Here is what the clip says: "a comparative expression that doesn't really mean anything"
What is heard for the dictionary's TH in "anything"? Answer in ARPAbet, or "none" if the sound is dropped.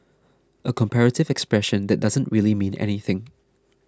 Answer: TH